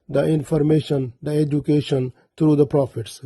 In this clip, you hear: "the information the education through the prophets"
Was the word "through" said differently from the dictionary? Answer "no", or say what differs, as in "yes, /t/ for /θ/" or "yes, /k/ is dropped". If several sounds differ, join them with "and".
yes, /t/ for /θ/